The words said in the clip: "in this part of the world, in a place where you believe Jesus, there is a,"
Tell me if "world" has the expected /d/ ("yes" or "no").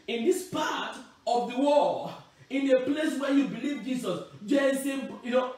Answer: no